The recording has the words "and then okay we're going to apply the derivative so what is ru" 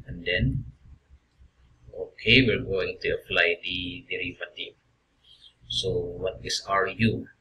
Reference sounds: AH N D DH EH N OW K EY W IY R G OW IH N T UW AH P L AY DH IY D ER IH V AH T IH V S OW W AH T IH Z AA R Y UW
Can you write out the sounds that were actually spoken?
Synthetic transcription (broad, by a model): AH N D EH N OW K EY W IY L G OW IH N T UW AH F L AY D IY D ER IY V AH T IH S OW W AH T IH S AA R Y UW